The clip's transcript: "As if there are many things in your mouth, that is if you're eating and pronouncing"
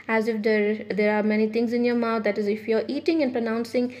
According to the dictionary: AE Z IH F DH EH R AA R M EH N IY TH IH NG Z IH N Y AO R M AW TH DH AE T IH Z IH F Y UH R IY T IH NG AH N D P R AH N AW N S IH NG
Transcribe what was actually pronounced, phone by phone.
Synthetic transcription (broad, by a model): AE Z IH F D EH R AA R M EH N IY T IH NG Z IH N Y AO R M AW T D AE T IH Z IH F Y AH R IY T IH NG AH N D P R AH N AW N S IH NG